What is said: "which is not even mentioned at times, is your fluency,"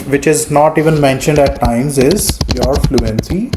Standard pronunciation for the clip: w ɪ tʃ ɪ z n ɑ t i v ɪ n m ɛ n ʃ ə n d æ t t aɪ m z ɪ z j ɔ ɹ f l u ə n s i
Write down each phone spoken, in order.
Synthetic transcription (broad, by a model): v ɪ tʃ ɪ z n ɑ t i v ɪ n m ɛ n ʃ ə n d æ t t aɪ m z ɪ z j ɔ ɹ f l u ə n s i